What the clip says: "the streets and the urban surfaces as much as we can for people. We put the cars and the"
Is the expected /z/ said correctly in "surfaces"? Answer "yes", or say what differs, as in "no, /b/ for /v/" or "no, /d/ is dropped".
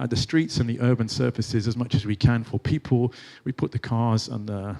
yes